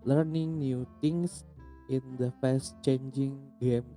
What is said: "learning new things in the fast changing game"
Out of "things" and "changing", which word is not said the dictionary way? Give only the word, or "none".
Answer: things